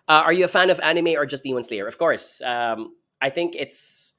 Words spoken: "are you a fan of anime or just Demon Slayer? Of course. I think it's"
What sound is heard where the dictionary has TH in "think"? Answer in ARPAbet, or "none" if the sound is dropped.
TH